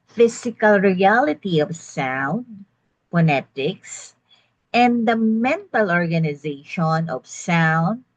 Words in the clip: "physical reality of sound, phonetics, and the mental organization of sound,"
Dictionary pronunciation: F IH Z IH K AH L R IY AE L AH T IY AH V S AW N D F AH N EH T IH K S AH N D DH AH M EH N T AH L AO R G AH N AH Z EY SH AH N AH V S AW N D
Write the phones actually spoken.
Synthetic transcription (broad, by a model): F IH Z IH K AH L R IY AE L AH T IY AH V S AW N D P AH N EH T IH K S AH N D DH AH M EH N T AH L AO R G AH N AH Z EY SH AH N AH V S AW N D